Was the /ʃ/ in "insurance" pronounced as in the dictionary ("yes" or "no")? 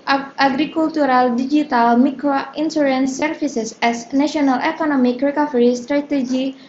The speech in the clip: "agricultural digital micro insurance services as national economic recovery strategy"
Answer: no